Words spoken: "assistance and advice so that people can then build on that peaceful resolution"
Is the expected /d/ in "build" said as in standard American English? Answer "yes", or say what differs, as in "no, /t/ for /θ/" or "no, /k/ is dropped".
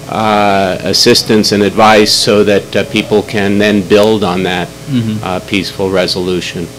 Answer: yes